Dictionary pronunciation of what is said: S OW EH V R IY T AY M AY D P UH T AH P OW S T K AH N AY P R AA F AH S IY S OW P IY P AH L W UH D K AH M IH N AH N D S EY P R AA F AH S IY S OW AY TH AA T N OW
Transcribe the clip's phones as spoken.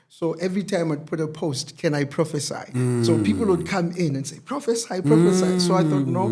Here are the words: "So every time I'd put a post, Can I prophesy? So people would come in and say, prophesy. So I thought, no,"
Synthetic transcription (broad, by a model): S OW EH V R IY T AY M AY D P UH T AH P OW S T K AH N AY P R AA F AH S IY S OW P IY P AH L W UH D K AH M IH N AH N S EY P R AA F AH S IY S OW AY TH AA T N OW